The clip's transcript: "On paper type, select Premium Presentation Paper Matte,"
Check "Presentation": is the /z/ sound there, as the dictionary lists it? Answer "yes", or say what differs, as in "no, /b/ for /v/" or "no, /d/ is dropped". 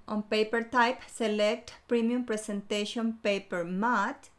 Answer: no, /s/ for /z/